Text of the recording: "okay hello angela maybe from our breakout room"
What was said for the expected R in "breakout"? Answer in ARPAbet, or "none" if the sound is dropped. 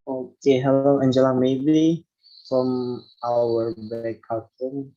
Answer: none